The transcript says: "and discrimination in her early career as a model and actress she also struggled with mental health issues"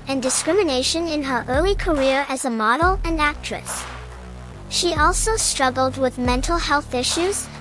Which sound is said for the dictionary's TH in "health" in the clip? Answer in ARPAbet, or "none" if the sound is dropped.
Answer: TH